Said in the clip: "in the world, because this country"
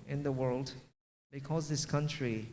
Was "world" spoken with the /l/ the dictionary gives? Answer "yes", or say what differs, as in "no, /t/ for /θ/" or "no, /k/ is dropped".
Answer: yes